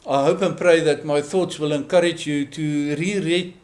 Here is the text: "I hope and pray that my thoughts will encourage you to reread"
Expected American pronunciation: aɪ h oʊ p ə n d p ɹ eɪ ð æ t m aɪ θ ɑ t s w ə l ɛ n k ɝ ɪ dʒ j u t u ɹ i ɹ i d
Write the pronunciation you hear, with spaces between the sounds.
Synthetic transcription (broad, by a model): aɪ h oʊ p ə n p ɹ eɪ ð æ t m aɪ θ ɑ t s w ə l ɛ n k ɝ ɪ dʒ j u t u ɹ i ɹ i